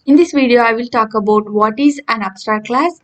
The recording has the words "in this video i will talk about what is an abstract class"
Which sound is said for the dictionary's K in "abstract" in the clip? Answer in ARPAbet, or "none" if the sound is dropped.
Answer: none